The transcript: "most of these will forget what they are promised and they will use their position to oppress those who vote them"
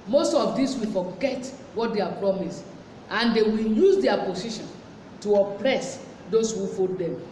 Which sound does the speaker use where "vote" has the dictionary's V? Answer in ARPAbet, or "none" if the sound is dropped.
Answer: F